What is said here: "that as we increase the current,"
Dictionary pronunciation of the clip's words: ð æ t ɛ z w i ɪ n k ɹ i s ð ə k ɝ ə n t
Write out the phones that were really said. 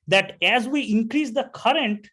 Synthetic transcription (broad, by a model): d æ t ɛ z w i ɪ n k ɹ i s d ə k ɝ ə n t